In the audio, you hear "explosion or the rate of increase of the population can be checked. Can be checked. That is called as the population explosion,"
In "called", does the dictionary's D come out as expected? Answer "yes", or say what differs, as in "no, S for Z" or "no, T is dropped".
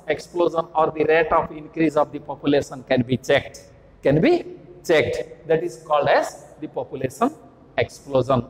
yes